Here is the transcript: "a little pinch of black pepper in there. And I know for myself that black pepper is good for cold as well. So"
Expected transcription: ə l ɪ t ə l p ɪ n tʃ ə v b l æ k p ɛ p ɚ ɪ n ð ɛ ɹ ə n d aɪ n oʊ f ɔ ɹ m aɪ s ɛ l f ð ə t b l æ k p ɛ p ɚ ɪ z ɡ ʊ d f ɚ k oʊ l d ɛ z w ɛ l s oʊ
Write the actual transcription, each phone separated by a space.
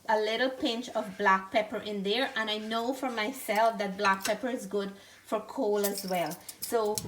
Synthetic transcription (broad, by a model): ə l ɪ t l p ɪ n tʃ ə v b l æ k p ɛ p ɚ ɪ n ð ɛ ɹ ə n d aɪ n oʊ f ɔ ɹ m aɪ s ɛ l f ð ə t b l æ k p ɛ p ɚ ɪ z ɡ ʊ d f ɚ k oʊ l ʌ z w ɛ l s oʊ